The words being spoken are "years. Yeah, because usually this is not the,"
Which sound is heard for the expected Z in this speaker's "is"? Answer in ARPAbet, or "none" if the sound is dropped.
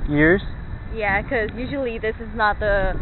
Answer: Z